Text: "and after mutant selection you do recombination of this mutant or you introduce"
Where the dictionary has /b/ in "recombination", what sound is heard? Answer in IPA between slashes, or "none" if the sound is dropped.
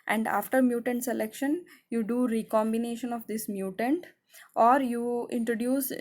/b/